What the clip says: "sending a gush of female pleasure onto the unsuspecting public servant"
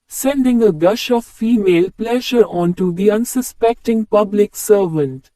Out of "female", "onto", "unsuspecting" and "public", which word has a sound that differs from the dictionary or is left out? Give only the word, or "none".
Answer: none